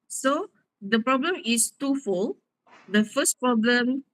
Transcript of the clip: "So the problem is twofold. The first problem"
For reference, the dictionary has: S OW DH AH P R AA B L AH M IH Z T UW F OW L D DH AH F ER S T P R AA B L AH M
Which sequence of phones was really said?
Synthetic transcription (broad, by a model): S OW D AH P R AA B L AH M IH S T UW F OW L D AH F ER S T P R AA B L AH M